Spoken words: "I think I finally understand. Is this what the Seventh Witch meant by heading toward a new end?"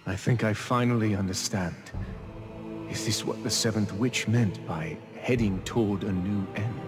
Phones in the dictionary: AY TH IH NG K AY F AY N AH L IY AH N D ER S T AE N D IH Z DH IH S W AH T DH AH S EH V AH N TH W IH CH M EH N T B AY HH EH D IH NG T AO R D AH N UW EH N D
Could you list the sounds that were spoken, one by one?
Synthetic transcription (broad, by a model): AY TH IH NG K AY F AY N L IY AH N D ER S T AE N D IH Z DH IH S W AH T DH AH S EH V AH N TH W IH CH M EH N T B AY HH EH D IH NG T AO R D AH N UW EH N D